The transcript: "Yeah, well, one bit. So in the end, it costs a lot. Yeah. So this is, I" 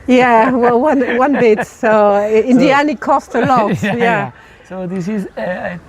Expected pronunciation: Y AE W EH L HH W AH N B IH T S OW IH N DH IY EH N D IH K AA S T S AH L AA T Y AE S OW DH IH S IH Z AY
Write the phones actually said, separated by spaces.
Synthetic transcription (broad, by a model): Y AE W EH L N W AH N B IH T S OW IH N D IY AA N IH K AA S T AH L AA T Y AE S OW DH IH S IH Z